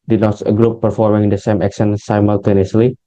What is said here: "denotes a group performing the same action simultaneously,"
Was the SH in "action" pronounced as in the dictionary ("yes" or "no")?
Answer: no